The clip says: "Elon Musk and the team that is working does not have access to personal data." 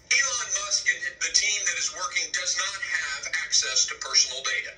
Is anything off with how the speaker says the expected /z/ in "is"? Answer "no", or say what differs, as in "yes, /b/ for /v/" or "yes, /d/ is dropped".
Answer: no